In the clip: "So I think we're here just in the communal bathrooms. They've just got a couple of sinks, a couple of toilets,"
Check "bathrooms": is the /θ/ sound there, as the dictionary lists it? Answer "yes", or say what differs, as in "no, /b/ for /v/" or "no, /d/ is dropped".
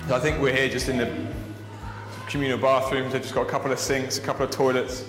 yes